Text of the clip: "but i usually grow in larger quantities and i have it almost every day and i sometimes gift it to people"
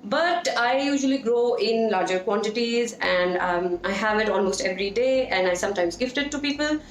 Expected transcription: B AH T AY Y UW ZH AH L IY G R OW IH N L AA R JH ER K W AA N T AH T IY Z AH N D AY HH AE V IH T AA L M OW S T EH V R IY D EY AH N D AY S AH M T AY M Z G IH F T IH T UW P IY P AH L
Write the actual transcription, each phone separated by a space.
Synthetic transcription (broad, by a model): B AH T AY Y UW ZH AH L IY G R OW IH N L AA R JH ER K W AA N T AH T IY Z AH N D AY HH AE V IH T AA L M OW S T EH V R IY D EY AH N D AY S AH M T AY M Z G IH F T IH T UW P IY P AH L